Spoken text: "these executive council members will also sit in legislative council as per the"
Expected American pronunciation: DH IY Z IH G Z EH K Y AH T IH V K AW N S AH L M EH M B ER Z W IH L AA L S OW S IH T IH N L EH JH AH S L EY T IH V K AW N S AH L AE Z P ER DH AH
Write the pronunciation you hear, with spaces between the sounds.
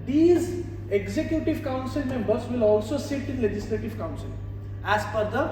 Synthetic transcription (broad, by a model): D IY Z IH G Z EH K Y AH T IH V K AW N S AH L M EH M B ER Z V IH L AA L S OW S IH T IH N L EH JH AH S L EY T IH V K AW N S AH L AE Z F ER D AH